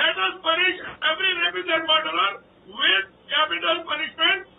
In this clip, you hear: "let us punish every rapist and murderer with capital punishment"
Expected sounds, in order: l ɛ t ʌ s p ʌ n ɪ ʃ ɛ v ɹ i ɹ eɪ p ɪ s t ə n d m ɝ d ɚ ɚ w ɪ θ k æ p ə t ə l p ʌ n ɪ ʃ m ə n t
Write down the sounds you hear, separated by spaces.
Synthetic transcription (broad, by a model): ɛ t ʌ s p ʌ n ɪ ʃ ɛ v ɹ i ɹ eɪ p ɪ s ə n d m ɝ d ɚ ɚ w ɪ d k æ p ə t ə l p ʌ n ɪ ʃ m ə n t